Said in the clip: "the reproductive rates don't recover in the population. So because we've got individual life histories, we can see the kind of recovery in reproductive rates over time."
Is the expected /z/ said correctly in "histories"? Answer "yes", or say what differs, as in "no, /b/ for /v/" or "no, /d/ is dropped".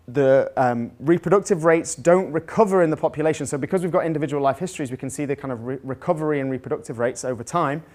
yes